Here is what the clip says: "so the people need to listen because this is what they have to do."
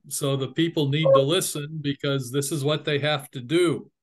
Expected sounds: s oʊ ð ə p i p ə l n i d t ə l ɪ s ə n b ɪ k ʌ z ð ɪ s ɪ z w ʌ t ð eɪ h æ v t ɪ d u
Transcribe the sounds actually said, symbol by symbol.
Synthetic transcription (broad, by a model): s oʊ ð ə p i p l n i d t ə l ɪ s ə n b ɪ k ʌ z ð ɪ s ɪ z w ʌ t ð eɪ h æ f t ɪ d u